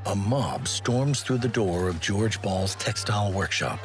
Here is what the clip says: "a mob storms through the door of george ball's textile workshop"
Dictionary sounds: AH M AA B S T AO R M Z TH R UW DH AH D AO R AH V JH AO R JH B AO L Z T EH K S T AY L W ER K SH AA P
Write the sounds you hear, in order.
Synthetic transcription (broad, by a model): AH M AA B S T AO R M Z TH R UW DH AH D AO R AH V JH AO R JH B AO L Z T EH K S T AY L W ER K SH AA P